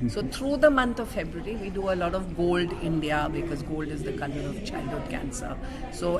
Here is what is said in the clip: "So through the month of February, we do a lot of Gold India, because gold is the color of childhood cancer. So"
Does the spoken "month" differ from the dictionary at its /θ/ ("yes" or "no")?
yes